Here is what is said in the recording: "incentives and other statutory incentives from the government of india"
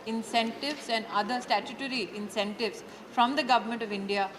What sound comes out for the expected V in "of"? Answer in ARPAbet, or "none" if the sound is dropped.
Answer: V